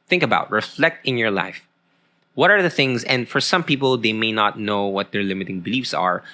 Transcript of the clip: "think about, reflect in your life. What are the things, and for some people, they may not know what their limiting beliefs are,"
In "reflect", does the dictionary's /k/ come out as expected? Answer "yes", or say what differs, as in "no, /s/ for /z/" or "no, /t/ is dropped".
yes